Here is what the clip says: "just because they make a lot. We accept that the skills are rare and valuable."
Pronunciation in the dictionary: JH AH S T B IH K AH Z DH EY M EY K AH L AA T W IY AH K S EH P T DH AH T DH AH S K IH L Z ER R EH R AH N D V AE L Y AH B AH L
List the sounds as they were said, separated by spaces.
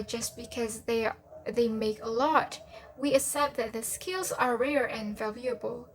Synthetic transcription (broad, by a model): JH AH S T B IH K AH Z DH EY M EY K AH L AA T W IY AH S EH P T DH AH T DH AH S K IH L Z ER R EH R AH N V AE L Y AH B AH L